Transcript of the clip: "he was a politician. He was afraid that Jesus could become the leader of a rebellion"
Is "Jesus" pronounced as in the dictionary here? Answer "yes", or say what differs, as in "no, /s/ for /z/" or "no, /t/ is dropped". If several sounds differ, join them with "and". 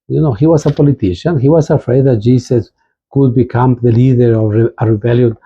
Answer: no, /s/ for /z/